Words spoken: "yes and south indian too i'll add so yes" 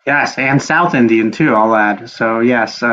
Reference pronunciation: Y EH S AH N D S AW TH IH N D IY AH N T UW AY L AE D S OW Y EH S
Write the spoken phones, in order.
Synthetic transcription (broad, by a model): Y EH S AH N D S AW TH IH N D IY AH N T UW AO L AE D S OW Y EH S